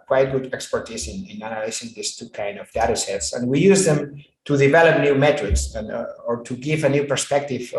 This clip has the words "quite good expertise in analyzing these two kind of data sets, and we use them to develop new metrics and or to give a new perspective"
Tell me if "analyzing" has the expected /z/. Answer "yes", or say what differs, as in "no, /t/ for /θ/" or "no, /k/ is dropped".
no, /s/ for /z/